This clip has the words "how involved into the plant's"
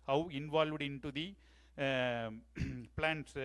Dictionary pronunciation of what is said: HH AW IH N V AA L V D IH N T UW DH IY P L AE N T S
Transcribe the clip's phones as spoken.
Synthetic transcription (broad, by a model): HH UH IH N V AA L V D IH N T UW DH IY P L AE N T S